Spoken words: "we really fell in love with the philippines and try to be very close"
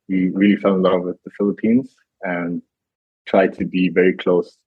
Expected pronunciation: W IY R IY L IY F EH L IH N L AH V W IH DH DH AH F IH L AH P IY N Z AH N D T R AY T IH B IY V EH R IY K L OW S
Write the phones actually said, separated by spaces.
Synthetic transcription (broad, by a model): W IY R IY L IY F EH N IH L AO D W IH DH DH AH F IH L AH P IY N Z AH N T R AY T IH B IY V EH R IY K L OW S